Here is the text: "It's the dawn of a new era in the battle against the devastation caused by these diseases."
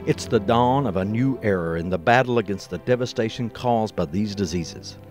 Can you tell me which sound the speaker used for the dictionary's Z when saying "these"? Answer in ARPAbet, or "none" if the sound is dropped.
Z